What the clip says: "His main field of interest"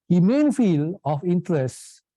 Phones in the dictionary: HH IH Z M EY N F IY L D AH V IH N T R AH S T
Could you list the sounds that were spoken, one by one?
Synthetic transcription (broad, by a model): HH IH M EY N F IY L AH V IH N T R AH S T